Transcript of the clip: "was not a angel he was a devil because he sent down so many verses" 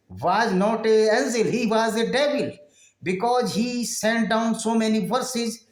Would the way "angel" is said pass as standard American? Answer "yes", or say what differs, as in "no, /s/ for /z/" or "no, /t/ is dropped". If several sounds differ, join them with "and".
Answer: no, /z/ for /dʒ/